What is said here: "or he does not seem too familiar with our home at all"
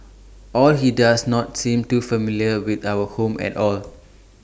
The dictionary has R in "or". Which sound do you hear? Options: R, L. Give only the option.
L